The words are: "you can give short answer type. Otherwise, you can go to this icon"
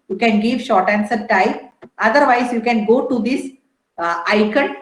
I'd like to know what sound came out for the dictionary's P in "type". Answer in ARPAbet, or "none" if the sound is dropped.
none